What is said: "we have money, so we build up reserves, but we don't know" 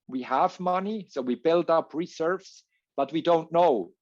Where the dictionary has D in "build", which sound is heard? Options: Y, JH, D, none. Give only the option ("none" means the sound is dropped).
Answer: D